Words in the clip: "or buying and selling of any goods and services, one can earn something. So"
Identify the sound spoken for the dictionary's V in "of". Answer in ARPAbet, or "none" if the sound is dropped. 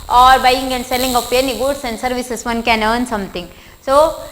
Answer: P